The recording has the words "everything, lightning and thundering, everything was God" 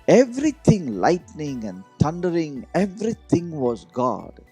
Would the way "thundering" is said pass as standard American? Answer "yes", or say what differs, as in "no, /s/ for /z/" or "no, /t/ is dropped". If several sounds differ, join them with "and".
no, /t/ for /θ/